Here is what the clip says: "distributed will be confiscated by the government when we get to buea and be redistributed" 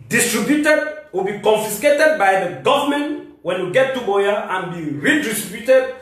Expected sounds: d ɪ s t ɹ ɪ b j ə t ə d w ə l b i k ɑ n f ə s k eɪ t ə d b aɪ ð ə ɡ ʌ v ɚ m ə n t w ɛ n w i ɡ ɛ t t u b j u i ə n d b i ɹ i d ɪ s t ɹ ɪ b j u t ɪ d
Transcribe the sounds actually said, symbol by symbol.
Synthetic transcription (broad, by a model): d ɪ s t ɹ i b j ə t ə d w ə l b i k ɑ n f ə s k eɪ t ə d b aɪ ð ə ɡ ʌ v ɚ m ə n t w ɛ n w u ɡ ɛ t t u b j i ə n b i ɹ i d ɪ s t ɹ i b j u t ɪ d